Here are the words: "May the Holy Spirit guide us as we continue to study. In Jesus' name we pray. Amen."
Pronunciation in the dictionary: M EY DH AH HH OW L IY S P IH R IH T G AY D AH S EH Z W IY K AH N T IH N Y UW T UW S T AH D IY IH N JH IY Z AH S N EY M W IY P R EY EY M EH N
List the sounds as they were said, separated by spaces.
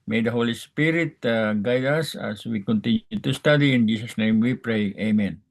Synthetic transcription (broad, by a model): M EY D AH HH OW L IY S P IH R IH T G AY D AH S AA S W IY K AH N T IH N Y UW T UW S T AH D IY IH N JH IY S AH S N EY M W IY P R EY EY M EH N